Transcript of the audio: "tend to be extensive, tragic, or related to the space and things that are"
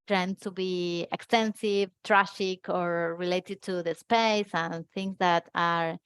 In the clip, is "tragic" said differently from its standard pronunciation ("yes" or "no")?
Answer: yes